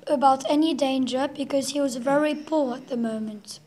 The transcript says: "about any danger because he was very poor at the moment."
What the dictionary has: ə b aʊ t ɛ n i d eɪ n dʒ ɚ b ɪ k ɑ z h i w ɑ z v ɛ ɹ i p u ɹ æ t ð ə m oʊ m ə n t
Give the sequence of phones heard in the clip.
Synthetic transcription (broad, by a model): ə b aʊ t ɛ n i d eɪ n dʒ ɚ b ɪ k ɑ z h i w ɑ z v ɛ ɹ i p u ɹ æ t ð ə m oʊ m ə n t